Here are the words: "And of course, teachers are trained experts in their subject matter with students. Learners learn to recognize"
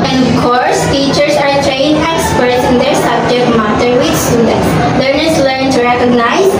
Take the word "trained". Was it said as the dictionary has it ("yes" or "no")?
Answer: no